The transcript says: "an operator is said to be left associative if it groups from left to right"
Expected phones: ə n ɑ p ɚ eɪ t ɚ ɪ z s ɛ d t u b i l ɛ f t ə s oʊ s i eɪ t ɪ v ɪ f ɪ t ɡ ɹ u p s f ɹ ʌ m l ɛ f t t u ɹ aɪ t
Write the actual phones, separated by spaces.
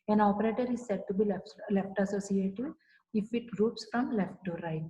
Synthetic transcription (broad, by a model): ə n ɑ p ɚ eɪ t ɚ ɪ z s ɛ d t u b i l ɛ f t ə s oʊ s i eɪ t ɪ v ɪ f ɪ t ɡ ɹ u p s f ɹ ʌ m l ɛ f t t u ɹ aɪ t